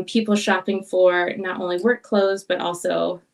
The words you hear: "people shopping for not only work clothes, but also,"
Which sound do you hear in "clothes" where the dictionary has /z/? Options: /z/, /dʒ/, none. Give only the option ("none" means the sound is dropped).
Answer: /z/